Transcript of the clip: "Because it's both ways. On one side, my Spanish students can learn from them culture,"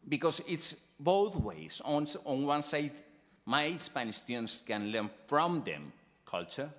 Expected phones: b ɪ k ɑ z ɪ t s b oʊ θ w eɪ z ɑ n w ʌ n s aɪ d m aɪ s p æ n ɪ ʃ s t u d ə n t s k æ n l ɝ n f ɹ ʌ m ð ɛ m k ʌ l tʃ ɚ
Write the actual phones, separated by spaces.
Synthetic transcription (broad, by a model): b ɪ k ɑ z ɪ t s b oʊ θ w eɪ s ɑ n w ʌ n s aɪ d m aɪ s p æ n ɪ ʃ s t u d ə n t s k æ n l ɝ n f ɹ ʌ m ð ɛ m k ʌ l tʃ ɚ